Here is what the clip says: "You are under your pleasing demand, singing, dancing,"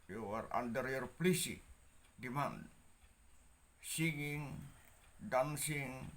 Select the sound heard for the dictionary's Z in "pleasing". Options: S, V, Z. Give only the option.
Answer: S